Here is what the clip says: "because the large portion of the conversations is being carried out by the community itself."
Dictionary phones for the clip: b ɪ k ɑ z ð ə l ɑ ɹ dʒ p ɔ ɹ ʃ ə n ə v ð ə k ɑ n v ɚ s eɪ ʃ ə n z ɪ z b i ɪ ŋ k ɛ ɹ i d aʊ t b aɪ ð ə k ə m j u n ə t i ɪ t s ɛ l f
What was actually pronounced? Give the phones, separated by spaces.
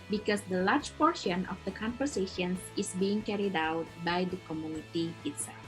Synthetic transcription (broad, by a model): b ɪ k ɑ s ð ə l ɑ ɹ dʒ p ɔ ɹ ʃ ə n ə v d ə k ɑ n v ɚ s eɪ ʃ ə n s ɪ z b i ɪ ŋ k ɛ ɹ i d aʊ t b aɪ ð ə k ə m j u n ə t i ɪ t s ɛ l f